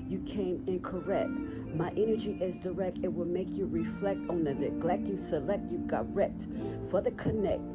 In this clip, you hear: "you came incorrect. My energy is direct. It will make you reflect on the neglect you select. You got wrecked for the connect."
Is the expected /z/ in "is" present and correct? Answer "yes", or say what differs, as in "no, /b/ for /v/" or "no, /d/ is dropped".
yes